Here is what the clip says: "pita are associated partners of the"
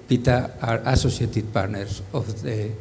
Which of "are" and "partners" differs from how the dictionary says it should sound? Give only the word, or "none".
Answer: partners